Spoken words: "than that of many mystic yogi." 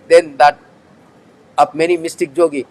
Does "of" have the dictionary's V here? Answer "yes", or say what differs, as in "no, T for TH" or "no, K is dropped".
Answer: no, B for V